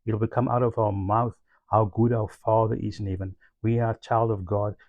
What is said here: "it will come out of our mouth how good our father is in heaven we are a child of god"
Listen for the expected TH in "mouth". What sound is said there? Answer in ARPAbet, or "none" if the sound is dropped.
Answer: TH